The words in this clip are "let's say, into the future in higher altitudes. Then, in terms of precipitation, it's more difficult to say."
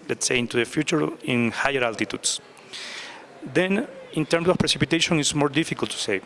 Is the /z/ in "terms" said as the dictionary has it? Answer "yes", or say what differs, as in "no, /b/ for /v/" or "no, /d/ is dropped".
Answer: no, /s/ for /z/